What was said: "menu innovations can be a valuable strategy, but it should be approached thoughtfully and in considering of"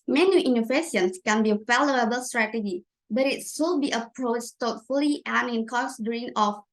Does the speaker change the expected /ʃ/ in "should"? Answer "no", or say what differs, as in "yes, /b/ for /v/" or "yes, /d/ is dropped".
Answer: yes, /s/ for /ʃ/